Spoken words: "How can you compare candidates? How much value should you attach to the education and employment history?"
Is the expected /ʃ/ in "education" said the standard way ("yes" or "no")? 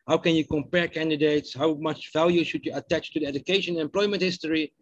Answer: no